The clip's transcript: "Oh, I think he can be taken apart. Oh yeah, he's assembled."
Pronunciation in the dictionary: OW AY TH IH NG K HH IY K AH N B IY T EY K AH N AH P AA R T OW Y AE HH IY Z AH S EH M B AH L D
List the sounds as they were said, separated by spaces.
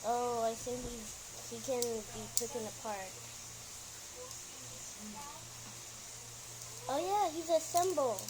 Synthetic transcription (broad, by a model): OW AY TH IH NG K HH IY K AH N B IY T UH K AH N AH P AA R T OW Y AE HH IY Z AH S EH M B L